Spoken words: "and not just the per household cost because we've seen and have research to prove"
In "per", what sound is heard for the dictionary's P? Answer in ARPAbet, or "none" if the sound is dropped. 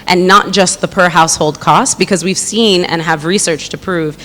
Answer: P